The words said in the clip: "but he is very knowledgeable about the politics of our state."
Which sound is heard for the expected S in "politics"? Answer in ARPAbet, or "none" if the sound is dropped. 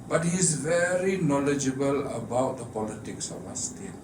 S